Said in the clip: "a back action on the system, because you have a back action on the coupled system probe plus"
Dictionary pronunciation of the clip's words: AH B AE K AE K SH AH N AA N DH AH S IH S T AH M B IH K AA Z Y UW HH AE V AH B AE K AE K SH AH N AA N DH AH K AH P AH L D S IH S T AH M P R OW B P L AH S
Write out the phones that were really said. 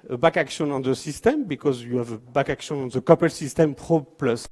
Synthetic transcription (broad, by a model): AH B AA K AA K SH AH N AA N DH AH S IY S T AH M B IH K AA Z Y UW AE V AH B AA K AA K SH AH N AA N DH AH K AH P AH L S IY S T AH M P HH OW P L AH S